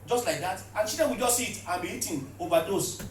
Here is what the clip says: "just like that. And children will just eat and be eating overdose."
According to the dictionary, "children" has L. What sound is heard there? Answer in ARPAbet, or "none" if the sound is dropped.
none